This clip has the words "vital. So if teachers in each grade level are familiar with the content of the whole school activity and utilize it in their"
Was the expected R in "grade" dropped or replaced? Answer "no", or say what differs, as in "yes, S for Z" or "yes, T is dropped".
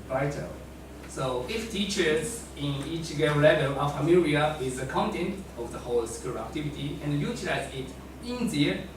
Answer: yes, R is dropped